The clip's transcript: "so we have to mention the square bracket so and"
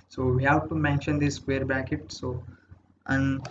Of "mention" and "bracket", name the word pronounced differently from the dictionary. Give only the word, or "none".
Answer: bracket